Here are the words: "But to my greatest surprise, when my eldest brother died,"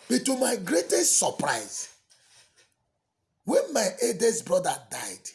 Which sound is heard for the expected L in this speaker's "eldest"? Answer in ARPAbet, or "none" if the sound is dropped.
none